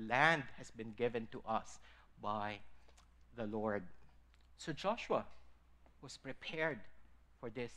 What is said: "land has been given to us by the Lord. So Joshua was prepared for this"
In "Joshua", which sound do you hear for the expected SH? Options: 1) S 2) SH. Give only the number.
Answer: 2